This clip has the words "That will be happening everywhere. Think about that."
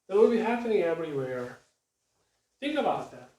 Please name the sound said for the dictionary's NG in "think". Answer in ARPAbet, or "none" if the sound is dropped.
none